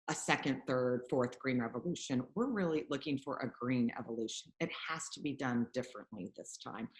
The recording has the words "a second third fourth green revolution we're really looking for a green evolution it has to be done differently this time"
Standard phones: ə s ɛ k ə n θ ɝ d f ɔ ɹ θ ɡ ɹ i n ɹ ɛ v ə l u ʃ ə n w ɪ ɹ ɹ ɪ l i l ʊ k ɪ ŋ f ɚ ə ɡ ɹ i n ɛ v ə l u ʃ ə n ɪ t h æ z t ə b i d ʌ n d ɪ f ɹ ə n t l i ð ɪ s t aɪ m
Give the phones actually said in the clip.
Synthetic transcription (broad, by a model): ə s ɛ k ə n θ ɝ d f ɔ ɹ θ ɡ ɹ i n ɹ ɛ v ə l u ʃ ə n w ɪ ɹ ɹ ɪ l i l ʊ k ɪ ŋ f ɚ ə ɡ ɹ i n ɛ v ə l u ʃ ə n ɪ t h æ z t ə b i d ʌ n d ɪ f ɹ ə n t l i ð ɪ s t aɪ m